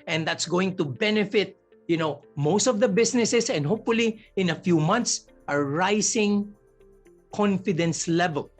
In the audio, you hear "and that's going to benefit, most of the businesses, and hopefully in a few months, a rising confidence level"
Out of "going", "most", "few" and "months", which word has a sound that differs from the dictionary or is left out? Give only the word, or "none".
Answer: months